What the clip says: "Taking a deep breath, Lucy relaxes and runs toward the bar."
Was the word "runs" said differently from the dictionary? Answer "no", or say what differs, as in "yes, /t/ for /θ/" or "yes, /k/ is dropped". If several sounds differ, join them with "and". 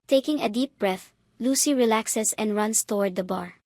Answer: yes, /s/ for /z/